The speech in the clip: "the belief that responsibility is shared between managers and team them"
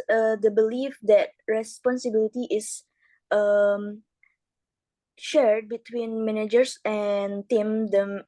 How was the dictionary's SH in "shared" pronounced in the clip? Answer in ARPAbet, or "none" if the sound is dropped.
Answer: SH